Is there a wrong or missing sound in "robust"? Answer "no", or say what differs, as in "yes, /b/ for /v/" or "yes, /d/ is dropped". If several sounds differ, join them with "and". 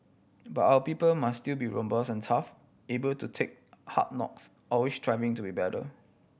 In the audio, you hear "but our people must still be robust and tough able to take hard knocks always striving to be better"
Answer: yes, /t/ is dropped